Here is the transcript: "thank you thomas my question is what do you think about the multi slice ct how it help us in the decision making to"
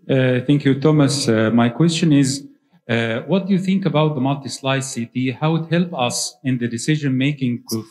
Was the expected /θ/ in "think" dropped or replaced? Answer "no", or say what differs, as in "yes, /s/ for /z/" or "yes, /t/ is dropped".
no